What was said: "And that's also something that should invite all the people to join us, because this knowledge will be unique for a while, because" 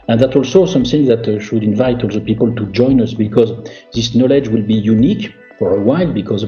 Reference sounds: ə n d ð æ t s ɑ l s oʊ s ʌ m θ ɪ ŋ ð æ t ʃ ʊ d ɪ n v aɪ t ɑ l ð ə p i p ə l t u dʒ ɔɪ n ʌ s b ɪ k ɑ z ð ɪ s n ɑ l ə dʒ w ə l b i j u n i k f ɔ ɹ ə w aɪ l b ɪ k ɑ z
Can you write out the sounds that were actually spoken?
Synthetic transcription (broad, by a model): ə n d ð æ t ɑ l s oʊ s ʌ m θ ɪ ŋ ð æ t ʃ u d ɪ n v aɪ t ɑ l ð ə p i p ə l t u dʒ ɔɪ n ʌ s b ɪ k ɑ z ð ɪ s n ɑ l ə dʒ w ə l b i j u n i k f ɔ ɹ ə w aɪ l b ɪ k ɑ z